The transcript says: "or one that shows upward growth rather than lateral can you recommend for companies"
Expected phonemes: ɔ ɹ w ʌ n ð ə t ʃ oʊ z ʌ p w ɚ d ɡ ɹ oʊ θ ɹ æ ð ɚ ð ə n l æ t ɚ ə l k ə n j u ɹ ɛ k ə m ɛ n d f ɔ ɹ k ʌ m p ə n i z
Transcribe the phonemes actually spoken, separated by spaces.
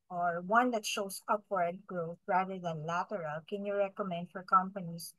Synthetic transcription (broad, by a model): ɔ ɹ w ʌ n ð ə t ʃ oʊ s ʌ p w ɚ d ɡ ɹ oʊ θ ɹ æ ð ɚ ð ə n l æ t ɚ ə l k ə n j u ɹ ɛ k ə m ɛ n d f ɔ ɹ k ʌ m p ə n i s